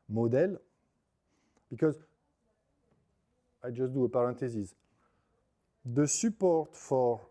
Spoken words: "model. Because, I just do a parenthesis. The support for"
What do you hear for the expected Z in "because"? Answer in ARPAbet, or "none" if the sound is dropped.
Z